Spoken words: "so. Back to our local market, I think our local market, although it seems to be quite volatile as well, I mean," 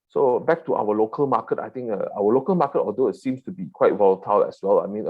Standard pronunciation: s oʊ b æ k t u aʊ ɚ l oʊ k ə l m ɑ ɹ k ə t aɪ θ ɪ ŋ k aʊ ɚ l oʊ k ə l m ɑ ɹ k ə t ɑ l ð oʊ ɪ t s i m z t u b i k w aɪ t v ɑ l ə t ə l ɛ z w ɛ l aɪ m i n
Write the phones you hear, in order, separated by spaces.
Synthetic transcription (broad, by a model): s oʊ b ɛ k t u aʊ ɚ l oʊ k ə l m ɑ k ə t aɪ t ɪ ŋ k aʊ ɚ l oʊ k ə l m ɑ k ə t ɑ l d oʊ ɪ t s i m s t u b i k w aɪ t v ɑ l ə t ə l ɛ s w ɛ l aɪ m i n